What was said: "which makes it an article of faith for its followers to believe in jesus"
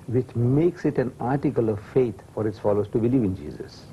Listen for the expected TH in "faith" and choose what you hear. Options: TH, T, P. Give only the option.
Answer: T